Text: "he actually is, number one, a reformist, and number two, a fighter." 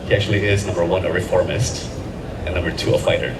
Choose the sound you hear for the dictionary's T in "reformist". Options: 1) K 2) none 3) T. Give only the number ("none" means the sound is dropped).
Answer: 3